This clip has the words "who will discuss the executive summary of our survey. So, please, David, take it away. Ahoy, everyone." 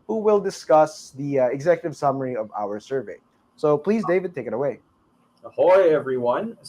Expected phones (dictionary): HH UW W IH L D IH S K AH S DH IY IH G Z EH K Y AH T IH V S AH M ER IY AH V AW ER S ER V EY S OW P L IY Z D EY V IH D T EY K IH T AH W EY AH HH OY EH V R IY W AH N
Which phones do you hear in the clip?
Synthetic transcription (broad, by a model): HH UW W IH L D IH S K AH S DH IY IH G Z EH K Y AH T IH V S AH M ER IY AH V AW ER S ER V EY S OW P L IY Z D EY V IH D T EY K IH T AH W EY AH HH OY EH V R IY W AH N